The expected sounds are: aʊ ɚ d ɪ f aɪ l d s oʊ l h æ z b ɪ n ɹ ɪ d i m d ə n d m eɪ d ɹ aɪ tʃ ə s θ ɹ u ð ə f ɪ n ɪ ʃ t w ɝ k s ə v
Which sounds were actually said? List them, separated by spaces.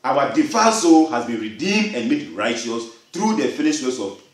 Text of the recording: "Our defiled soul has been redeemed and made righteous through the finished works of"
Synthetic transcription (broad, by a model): aʊ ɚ d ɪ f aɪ s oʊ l h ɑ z b ɪ n ɹ ɪ d i m d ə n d m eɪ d ɹ aɪ tʃ ə s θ ɹ u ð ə f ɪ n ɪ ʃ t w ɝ s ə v